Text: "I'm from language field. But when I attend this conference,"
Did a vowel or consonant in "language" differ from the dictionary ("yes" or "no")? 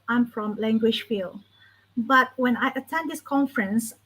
yes